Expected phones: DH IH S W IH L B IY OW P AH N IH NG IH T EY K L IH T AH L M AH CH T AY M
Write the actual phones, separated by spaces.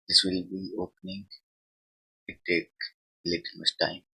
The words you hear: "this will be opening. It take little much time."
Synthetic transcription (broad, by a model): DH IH S W IH L B IY OW P AH N IH NG IH T EY K L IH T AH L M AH S T AY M